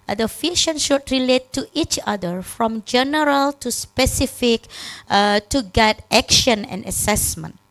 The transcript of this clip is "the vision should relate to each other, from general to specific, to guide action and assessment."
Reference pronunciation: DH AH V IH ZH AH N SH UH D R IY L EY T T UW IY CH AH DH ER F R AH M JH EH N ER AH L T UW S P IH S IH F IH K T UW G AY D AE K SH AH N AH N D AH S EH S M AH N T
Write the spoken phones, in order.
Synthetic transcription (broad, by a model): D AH F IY SH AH N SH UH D R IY L EY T T UW IY CH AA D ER F R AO M JH EH N ER AH L T UW S P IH S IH F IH K T UW G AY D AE K SH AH N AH N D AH S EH S M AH N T